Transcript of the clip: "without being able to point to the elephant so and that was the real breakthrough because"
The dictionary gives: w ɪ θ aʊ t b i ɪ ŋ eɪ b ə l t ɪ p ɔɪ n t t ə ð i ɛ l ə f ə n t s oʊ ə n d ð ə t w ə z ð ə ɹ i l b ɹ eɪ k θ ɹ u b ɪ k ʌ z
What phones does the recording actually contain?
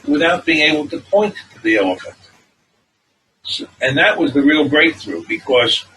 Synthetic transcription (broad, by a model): w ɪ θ aʊ t b i ɪ ŋ eɪ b l t ɪ p ɔɪ n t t ð i ɛ l ə f ə n t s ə n ð ə t w ə z ð ə ɹ i l b ɹ eɪ k θ ɹ u b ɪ k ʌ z